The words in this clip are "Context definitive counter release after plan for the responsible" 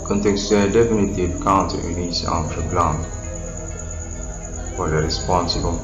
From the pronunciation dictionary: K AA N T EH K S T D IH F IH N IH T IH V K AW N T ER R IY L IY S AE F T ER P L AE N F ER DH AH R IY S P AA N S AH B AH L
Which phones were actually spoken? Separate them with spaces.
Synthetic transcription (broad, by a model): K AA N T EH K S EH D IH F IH N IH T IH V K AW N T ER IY N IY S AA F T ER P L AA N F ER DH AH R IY S P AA N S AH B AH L